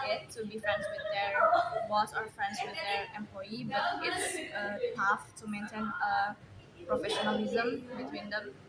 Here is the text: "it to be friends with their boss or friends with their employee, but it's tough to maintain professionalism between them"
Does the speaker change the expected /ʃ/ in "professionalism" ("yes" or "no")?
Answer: no